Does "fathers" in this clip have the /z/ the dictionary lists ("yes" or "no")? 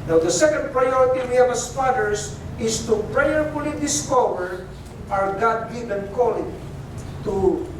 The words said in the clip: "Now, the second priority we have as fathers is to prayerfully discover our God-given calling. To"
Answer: no